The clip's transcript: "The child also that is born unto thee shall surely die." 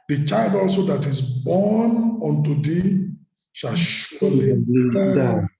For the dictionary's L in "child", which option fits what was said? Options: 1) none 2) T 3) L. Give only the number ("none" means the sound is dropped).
3